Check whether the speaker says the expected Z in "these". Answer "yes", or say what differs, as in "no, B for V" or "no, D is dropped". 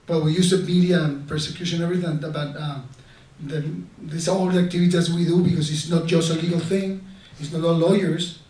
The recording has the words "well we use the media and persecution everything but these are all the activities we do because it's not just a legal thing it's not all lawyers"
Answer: no, S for Z